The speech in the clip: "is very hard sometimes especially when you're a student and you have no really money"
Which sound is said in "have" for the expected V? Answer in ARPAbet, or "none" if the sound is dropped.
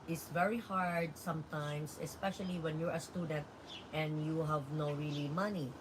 V